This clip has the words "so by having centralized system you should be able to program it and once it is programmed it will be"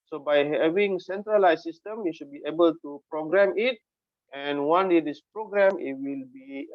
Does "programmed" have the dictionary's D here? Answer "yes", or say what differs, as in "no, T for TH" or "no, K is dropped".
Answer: no, D is dropped